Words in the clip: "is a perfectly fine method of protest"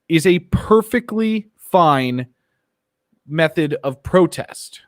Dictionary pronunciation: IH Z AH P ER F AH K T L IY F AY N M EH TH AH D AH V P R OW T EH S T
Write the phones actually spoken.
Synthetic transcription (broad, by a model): IH Z AH P ER F AH K T L IY F AY N M EH TH AH D AH V P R OW T EH S T